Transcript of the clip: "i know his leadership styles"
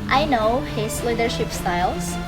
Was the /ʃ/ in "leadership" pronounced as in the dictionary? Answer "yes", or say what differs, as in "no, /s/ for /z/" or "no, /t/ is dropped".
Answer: yes